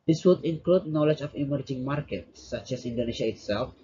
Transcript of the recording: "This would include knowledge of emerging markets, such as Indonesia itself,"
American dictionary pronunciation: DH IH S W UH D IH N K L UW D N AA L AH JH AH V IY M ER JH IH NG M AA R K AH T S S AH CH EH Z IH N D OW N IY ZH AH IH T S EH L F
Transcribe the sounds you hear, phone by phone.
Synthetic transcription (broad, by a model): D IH S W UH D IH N K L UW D N AA L AH JH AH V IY M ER JH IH NG M AA R K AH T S S AH CH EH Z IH N D OW N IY SH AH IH T S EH L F